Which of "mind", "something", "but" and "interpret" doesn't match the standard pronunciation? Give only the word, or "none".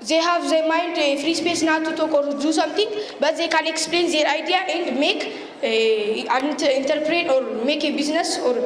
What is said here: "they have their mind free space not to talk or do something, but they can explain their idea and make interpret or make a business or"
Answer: something